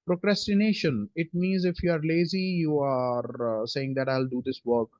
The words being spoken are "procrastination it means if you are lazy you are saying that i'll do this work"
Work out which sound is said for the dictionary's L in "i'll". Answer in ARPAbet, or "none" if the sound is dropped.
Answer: L